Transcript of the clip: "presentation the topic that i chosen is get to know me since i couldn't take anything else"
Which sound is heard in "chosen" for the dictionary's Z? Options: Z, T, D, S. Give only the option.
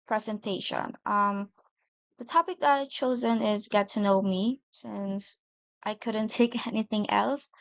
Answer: Z